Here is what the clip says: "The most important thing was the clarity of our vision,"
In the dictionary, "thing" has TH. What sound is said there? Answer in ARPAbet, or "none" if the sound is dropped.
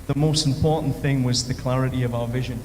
TH